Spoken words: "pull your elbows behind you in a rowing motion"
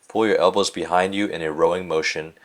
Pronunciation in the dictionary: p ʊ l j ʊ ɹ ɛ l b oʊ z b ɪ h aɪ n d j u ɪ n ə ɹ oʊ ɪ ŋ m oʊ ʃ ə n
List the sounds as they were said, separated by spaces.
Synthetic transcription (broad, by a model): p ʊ l j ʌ ɹ ɛ l b oʊ z b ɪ h aɪ n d j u ɪ n ə ɹ oʊ ɪ ŋ m oʊ ʃ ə n